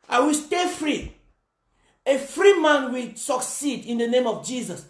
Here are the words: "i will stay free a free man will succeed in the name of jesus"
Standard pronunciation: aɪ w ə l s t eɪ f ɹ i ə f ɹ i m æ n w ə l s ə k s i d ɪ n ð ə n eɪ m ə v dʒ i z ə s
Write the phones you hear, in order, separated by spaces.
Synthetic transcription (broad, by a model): aɪ w ə l s t eɪ f ɹ i ə f ɹ i m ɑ n w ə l s ə k s i d ɪ n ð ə n eɪ m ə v dʒ i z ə s